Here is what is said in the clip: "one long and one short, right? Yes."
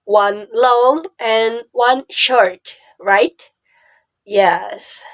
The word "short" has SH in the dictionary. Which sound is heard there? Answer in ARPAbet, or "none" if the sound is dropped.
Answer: SH